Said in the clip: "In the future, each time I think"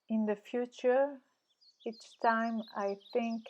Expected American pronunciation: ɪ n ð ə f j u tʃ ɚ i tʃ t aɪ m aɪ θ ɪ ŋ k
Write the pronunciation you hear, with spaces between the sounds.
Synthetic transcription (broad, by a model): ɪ n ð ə f j u tʃ ɚ i tʃ t aɪ m aɪ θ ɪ ŋ k